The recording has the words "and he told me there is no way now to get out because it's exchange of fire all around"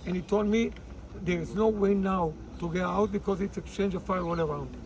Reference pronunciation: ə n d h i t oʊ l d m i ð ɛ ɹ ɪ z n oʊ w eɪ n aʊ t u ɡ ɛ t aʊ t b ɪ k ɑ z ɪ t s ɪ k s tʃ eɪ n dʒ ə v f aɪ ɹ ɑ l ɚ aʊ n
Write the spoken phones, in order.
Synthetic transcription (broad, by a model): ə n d h i t oʊ l d m i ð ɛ ɹ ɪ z n oʊ w eɪ n aʊ t u ɡ ɛ t aʊ t b ɪ k ɑ z ɪ t s ɪ k s tʃ eɪ n dʒ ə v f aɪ w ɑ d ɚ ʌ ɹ